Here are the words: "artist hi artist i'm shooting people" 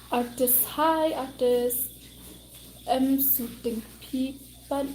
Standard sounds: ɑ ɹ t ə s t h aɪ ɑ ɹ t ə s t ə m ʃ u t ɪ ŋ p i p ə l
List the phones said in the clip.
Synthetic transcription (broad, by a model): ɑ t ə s h aɪ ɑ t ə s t ə m s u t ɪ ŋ p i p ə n